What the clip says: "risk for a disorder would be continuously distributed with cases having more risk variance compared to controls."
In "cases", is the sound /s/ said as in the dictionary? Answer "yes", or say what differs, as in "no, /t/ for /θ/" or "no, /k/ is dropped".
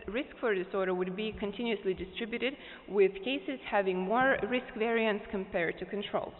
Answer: yes